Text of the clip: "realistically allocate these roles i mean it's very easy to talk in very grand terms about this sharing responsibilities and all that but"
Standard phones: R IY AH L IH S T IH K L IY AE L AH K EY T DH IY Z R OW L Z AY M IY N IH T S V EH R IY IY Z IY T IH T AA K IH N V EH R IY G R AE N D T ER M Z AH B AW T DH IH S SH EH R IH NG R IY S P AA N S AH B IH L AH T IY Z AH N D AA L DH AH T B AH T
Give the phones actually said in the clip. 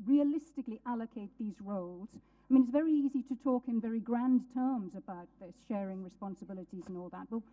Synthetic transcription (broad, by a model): R IY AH L IH S T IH K L IY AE L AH K EY T DH IY Z R OW L Z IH M IY N IH T S V EH R IY IY Z IY T IH T AA K IH N V EH R IY G R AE N T ER M Z AH B AW T DH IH SH EH R IH NG R IY S P AA N S AH B IH L AH T IY Z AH N AA L DH AH T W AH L